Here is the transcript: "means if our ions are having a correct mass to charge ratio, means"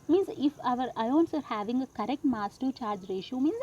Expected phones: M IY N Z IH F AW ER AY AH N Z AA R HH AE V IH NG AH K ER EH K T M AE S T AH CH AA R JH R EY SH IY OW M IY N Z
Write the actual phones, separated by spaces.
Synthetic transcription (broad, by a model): M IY N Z IH F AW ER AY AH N S AA R HH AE V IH NG AH K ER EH K T M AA S T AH CH AA R JH R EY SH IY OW M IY N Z